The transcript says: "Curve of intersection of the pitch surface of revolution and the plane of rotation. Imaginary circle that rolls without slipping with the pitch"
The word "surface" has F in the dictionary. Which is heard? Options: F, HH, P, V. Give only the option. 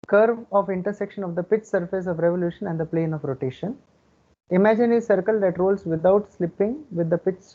F